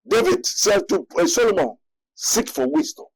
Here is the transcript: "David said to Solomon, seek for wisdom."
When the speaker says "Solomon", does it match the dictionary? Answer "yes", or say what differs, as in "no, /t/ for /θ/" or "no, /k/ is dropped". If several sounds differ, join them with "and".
yes